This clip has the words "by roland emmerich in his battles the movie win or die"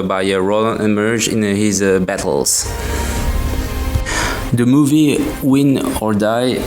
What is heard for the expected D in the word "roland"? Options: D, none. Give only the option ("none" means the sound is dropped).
none